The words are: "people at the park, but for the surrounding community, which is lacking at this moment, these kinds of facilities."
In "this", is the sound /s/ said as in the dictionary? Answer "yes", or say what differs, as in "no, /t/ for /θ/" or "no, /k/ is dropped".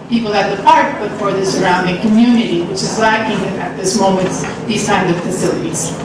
yes